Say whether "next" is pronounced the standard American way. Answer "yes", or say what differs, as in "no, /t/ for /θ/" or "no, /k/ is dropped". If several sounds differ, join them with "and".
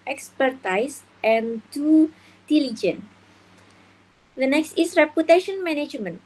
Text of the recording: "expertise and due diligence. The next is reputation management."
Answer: yes